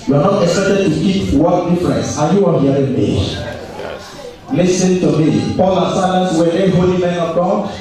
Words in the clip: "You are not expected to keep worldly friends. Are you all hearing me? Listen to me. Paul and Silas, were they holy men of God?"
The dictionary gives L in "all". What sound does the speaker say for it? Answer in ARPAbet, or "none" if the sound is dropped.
N